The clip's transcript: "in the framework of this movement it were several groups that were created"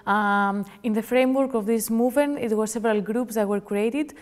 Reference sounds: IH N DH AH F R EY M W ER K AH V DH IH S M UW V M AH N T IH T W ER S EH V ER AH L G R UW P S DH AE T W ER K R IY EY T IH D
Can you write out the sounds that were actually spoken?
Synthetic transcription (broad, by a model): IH N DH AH F R EY M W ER K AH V DH IH S M UW V M AH N T IH T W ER S EH V ER AH L G R UW P S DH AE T W ER K R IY EY T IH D